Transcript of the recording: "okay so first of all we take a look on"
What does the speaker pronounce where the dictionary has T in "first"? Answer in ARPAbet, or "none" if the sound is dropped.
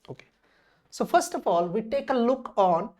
T